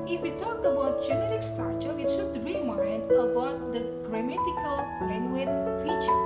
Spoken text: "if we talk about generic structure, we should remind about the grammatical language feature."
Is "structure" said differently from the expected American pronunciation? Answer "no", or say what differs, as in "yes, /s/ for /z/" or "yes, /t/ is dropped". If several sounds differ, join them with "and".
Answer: yes, /ɹ/ is dropped